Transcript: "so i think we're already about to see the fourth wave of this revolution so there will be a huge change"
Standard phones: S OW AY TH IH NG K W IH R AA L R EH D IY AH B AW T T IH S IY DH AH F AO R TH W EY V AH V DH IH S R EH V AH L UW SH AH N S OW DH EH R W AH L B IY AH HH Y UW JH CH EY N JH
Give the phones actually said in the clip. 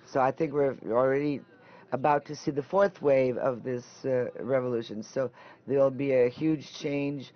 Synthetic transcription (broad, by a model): S OW AY TH IH NG K W IH R L R EH D IY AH B AW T T IH S IY DH AH F AO R TH W EY V AH V DH IH S R EH V AH L UW SH AH N S OW DH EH R L B IY AH HH Y UW JH CH EY N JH